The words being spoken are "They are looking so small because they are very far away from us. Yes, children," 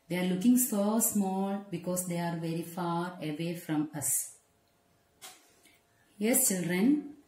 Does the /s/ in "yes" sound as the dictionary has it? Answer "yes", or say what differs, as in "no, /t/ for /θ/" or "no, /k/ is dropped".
yes